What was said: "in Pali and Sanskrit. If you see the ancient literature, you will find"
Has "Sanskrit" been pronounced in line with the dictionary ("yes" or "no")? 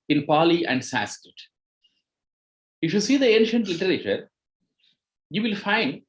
no